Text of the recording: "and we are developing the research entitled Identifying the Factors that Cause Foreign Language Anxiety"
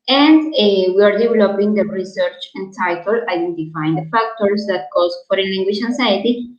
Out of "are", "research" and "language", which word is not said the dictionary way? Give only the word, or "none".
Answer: language